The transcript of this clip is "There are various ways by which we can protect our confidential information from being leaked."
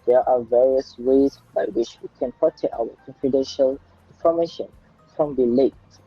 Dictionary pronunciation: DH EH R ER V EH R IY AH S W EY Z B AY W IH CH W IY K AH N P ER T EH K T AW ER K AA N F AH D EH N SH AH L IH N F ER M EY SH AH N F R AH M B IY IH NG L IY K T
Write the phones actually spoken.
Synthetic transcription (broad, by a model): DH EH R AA V EH R IY AH S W EY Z B AY W IH CH W IY K AH N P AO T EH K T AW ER K AA N F AH D EH N SH AH L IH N F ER M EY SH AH N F R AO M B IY L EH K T